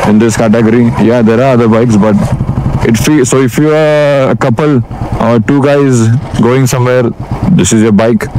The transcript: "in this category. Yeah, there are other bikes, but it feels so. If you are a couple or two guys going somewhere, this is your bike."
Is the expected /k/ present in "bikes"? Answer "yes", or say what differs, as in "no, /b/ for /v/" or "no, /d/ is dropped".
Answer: yes